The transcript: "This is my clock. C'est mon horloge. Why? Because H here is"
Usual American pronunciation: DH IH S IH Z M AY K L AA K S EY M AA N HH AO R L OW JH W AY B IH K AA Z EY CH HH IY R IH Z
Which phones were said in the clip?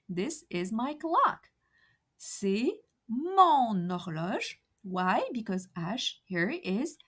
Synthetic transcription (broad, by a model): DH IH S IH Z M AY K L AA K S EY M AA N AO R L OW ZH W AY B IH K AA Z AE SH HH IY R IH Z